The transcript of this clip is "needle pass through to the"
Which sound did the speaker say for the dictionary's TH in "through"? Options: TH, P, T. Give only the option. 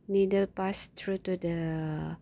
T